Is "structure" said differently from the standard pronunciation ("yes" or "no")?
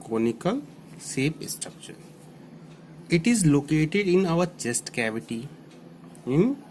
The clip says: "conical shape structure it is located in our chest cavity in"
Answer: yes